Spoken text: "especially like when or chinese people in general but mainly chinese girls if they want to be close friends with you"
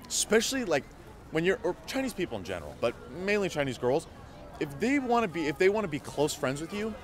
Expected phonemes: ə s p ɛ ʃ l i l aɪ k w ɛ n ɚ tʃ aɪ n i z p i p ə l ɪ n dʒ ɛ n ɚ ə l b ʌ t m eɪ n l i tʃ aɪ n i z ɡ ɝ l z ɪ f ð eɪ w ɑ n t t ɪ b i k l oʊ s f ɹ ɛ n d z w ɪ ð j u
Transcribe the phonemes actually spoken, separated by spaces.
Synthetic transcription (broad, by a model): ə s p ɛ ʃ l i l aɪ k w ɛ n ɚ tʃ aɪ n i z p i p l ɪ n dʒ ɛ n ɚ ə l b ʌ t m eɪ n l i tʃ aɪ n i z ɡ ɝ l z ɪ f ð eɪ w ɑ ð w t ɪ b i k l oʊ s f ɹ ɛ n d z w ɪ ð j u